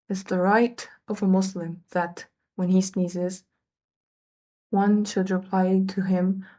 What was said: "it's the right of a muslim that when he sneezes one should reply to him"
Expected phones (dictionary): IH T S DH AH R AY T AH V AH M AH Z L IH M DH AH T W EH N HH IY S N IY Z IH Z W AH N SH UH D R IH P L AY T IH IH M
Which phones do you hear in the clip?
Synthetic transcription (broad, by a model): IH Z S DH AH R AY T AH V AH M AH S L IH M DH AH T W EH N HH IY S N IY Z IH Z W AH N SH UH D R IH P L AY T IH IH M